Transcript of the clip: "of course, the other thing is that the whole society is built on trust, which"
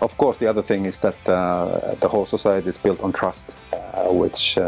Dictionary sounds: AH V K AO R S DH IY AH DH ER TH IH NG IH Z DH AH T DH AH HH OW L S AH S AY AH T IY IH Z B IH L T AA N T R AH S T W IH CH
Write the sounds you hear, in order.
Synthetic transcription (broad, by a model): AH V K AO R S DH IY AH DH ER TH IH NG IH Z DH AH T DH AH HH OW L S AH S AY AH T IY IH Z B IH L T N T R AH S T W IH CH